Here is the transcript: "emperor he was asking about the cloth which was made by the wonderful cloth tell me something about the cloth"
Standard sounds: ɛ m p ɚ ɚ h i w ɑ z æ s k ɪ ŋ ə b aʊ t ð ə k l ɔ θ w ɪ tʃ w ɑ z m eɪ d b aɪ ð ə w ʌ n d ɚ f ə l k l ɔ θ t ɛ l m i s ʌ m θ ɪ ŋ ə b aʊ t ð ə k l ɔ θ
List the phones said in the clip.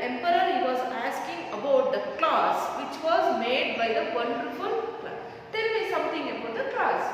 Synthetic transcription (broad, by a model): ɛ m p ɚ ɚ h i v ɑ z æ s k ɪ ŋ ə b aʊ t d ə k l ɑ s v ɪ tʃ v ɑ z m eɪ d b aɪ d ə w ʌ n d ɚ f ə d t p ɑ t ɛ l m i s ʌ m t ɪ ŋ ə b aʊ t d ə k l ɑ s